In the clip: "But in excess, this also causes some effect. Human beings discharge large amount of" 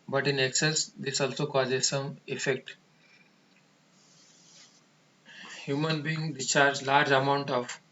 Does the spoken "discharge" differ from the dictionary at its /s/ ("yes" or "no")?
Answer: yes